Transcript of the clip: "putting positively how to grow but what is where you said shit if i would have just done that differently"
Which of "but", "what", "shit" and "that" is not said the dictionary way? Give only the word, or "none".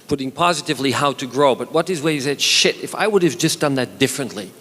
none